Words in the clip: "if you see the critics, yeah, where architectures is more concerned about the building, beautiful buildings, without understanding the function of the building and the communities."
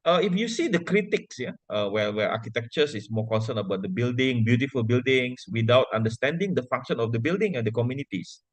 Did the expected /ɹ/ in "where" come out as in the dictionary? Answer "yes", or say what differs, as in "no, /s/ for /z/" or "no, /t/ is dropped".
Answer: no, /w/ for /ɹ/